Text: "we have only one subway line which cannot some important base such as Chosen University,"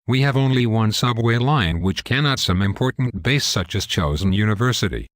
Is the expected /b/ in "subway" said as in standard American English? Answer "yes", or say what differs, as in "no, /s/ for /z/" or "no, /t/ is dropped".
yes